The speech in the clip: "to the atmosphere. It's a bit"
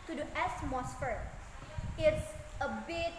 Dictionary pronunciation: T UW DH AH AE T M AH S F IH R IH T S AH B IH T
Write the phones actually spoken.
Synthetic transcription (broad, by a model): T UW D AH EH S M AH S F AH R IH T S AH B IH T